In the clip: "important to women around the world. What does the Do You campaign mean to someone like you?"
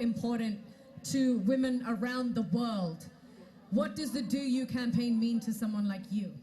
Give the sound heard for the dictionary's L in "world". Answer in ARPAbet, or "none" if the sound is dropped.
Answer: L